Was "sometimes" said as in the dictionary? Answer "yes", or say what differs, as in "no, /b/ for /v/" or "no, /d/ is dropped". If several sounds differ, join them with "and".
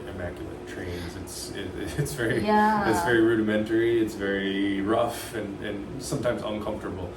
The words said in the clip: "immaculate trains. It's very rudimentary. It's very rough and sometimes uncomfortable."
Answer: yes